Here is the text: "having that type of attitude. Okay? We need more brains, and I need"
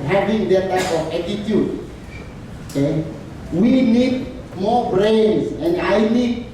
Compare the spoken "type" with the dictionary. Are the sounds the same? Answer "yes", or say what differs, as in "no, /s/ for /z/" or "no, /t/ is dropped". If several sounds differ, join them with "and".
no, /f/ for /p/